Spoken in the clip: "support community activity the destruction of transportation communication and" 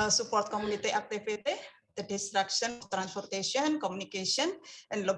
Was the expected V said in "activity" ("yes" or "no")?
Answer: no